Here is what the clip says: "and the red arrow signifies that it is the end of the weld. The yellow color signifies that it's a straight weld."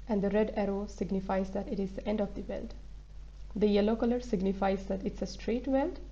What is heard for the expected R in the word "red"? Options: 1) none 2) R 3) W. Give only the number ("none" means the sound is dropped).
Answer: 2